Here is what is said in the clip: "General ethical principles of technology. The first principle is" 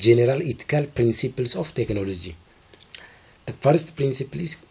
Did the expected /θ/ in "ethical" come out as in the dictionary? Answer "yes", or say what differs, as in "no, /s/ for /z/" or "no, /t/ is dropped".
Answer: no, /t/ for /θ/